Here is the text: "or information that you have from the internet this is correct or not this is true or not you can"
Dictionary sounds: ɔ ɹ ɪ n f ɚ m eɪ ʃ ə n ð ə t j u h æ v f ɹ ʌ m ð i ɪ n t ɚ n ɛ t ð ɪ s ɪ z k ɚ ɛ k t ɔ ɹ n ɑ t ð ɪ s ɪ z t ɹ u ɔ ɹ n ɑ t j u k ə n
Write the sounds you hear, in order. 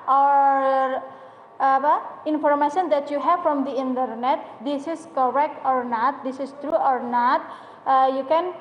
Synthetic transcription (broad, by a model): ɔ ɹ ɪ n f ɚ m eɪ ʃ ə n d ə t j u h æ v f ɹ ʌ m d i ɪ n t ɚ n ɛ t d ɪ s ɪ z k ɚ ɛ k t ɔ ɹ n ɑ t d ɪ s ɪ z t ɹ u ɔ ɹ n ɑ t j u k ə n